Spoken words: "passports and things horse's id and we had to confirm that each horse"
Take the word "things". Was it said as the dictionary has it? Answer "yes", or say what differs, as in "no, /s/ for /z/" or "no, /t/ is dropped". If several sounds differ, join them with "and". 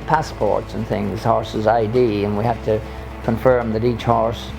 yes